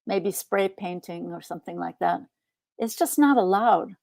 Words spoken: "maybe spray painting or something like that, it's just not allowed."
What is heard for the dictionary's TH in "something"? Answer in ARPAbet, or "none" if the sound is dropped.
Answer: TH